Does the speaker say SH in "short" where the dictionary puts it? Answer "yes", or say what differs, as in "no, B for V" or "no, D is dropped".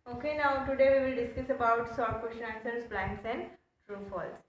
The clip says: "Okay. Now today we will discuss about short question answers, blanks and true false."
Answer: no, S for SH